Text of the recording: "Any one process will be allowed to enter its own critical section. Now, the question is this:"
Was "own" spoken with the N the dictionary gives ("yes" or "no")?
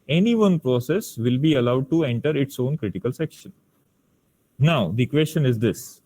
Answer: yes